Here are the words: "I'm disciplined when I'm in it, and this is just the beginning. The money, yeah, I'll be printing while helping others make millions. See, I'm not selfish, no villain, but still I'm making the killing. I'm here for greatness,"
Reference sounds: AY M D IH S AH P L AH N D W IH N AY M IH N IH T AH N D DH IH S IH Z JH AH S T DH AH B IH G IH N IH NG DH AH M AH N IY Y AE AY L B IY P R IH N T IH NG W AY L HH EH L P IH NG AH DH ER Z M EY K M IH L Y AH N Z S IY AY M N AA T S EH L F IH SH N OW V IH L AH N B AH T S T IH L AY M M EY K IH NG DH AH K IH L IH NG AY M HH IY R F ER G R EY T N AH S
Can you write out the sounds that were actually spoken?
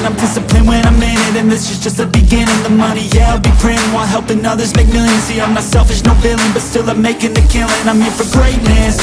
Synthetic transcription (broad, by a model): AY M D IH S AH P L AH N W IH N AY M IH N IH T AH N DH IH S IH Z JH AH S T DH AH B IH G IH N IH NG DH AH M AH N IY Y AE AY L B IY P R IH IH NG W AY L HH EH L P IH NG AH DH ER Z M EY K M IH L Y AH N S IY AY M AA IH S EH L F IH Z N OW B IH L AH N B AH T S T IH L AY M M EY K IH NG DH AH K IH L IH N AY M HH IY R F ER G R EY T N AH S